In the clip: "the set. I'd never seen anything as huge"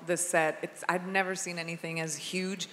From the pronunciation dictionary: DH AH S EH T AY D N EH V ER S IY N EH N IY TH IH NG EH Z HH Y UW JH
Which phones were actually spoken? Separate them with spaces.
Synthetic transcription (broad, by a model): DH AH S EH T AY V N EH V ER S IY N EH N IY TH IH NG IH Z HH Y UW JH